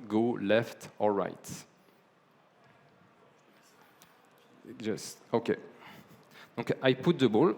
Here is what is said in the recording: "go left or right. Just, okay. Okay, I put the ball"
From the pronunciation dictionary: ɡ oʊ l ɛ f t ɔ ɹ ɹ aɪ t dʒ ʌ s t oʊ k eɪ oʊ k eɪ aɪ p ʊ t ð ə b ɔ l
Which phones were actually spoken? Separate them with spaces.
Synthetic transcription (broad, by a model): ɡ oʊ l ɛ f t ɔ l ɹ aɪ t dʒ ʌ s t oʊ k eɪ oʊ k aɪ p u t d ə b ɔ l